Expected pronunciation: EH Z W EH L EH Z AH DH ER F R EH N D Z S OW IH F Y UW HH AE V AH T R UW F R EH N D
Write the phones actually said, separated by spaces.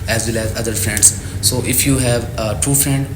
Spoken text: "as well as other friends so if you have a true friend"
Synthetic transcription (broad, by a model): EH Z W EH L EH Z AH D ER F R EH N D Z S OW IH F Y UW HH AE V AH T UW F R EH N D